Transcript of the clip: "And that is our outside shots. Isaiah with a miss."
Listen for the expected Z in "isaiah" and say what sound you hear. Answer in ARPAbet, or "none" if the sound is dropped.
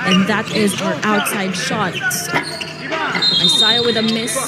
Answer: S